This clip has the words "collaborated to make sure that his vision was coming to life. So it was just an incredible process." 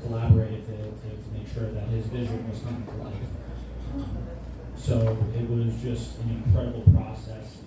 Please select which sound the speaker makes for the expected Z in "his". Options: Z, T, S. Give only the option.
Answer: Z